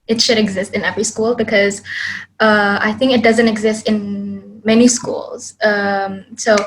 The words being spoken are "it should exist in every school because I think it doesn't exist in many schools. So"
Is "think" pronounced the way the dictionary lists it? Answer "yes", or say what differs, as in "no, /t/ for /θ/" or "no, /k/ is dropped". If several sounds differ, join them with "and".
yes